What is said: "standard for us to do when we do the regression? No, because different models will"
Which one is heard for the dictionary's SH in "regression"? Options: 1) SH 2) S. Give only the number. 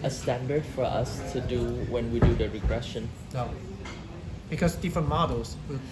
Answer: 1